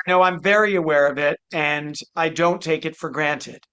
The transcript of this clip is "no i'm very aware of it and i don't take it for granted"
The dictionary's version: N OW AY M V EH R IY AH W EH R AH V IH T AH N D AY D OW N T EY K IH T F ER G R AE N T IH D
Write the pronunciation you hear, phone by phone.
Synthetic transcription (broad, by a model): N OW AY M V EH R IY AH W EH R AH V IH T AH N AY D OW N T EY K IH T F ER G R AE N T IH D